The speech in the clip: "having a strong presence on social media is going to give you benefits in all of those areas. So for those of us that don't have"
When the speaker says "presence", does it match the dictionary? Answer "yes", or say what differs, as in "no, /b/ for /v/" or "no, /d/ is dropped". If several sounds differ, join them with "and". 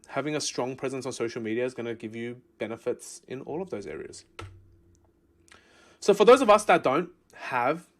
yes